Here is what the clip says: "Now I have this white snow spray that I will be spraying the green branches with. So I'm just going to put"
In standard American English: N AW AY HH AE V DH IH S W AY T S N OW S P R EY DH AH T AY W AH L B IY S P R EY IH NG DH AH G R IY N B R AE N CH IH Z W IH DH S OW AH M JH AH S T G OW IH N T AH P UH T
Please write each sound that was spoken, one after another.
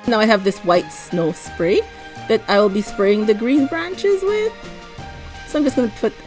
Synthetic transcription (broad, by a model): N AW AY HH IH V DH IH S W AY T S N OW S P R EY DH AH T AY W AH L B IY S P R EY IH NG DH AH G R IY N B R AE N CH IH Z W IH DH S OW AH M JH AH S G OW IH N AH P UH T